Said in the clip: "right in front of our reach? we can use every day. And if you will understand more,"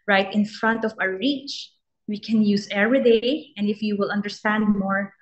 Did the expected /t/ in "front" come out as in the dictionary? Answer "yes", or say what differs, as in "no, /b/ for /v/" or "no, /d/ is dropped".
yes